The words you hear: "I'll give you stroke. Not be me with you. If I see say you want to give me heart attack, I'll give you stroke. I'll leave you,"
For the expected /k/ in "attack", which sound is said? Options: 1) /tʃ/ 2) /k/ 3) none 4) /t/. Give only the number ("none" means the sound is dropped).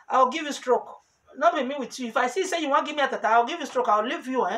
3